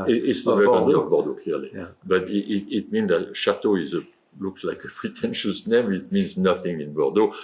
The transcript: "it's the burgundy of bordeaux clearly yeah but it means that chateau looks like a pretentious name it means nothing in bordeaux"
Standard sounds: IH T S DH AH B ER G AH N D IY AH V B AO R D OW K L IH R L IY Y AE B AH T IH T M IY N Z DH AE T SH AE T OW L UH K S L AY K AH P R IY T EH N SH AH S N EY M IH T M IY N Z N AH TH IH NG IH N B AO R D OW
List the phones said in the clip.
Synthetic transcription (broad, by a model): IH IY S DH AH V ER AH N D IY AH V B AO R D OW K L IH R L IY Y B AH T IH T M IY N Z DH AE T SH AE T OW L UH K S L AY K AH P R IY T EH N SH AH S N EY M IH T M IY N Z N AH TH IH NG IH N B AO R D OW